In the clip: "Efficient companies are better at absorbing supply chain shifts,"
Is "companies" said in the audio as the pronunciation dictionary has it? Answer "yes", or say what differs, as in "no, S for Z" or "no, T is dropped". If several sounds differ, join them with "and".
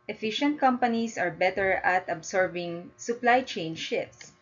no, S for Z